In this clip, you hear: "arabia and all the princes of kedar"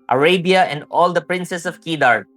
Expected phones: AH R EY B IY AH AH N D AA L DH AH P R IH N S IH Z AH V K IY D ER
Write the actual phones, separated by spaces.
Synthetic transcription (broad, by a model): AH R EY B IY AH AH N D AA L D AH P R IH N S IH S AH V K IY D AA